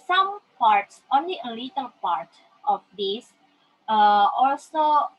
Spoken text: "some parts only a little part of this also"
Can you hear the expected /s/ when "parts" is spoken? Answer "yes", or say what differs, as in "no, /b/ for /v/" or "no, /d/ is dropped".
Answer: yes